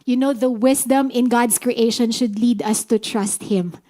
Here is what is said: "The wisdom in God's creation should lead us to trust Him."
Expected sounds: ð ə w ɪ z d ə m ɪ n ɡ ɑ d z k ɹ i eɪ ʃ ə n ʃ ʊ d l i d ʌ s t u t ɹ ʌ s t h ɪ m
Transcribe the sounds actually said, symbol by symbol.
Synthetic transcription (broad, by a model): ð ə w ɪ s d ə m ɪ n ɡ ɑ d s k ɹ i eɪ ʃ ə n ʃ ʊ d l i d ʌ s t u t ɹ ʌ s t h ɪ m